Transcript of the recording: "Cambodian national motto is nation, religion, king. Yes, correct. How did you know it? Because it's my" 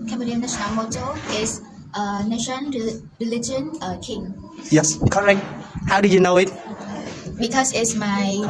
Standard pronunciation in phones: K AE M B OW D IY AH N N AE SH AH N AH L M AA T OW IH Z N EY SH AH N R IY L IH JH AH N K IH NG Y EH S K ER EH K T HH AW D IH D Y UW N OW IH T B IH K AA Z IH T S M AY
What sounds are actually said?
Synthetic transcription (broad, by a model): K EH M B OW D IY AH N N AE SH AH N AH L M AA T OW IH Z N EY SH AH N R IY L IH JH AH N K IH NG Y EH S K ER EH K T HH AW D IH Y UW N OW IH T B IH K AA S IH T S M AY